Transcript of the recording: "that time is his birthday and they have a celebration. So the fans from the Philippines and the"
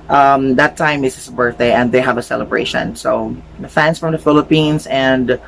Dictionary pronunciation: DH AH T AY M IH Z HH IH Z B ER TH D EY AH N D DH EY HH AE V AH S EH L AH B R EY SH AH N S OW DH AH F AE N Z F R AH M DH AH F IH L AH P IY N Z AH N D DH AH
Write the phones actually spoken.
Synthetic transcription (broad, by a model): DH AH T AY M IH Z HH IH S B ER TH D EY AH N D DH EY HH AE V AH S EH L AH B R EY SH AH N S OW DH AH F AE N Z F R AH M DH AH F IH L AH P IY N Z AH N D